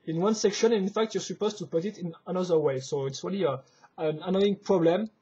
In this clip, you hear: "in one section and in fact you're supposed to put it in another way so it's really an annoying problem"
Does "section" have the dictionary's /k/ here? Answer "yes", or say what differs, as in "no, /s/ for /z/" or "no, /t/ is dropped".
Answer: yes